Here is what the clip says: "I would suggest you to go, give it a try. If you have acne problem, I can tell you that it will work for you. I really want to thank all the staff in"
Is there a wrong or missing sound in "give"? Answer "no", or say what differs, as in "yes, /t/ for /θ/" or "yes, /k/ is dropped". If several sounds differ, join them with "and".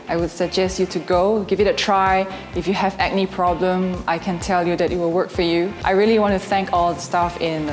no